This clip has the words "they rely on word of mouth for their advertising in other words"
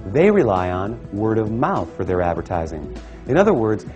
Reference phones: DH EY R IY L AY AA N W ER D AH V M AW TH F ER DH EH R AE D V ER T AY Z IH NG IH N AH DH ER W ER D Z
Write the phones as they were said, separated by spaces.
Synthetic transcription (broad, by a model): DH EY R IY L AY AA N W ER D AH V M AW TH F ER DH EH R AE D V ER T AY Z IH NG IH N AH DH ER W ER D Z